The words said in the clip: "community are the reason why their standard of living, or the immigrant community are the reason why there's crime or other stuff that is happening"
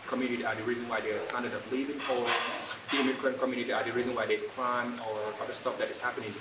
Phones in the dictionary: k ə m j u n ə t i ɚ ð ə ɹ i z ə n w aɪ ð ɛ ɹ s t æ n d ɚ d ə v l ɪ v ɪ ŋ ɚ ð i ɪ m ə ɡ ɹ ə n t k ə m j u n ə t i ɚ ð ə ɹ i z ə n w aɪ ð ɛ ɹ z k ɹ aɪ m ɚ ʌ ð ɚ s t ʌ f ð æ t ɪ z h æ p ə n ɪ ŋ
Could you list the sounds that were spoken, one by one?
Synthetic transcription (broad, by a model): k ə m j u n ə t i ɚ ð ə ɹ i z ə n w aɪ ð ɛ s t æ n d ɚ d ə p l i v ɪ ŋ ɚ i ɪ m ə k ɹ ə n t k ə m j u n ə t i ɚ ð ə ɹ i z ə n w aɪ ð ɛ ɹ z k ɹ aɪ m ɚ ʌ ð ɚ s t ʌ f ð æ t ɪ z h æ p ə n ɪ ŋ